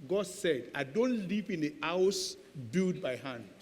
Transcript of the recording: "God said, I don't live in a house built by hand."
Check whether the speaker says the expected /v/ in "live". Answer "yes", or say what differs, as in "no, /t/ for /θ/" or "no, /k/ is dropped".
no, /p/ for /v/